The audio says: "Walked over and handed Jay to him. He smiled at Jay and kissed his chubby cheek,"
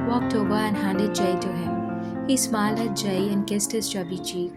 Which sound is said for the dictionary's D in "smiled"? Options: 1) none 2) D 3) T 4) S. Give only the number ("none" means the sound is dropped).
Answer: 1